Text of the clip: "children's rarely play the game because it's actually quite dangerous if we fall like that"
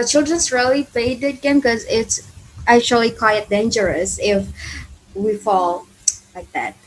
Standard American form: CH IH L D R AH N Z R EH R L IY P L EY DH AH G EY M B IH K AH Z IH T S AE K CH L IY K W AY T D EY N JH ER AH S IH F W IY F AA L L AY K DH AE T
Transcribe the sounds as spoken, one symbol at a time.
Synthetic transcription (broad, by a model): CH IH L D R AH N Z R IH L IY P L EY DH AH G EY M K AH Z IH T S AE K CH L IY K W AY T D EY N JH ER AH S IH F W IY F AA L L AY K DH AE T